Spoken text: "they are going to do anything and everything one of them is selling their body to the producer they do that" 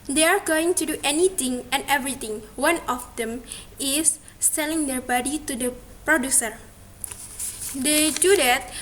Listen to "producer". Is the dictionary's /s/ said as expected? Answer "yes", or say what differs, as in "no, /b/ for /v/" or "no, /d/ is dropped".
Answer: yes